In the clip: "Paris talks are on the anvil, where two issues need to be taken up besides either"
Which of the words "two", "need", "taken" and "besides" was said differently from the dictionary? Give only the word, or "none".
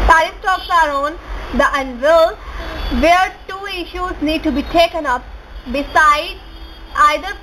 besides